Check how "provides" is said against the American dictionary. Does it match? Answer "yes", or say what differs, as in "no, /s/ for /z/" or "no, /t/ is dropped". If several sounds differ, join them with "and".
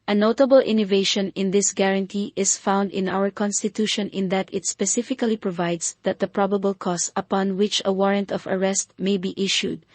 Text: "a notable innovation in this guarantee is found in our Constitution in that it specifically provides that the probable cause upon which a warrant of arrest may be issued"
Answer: no, /s/ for /z/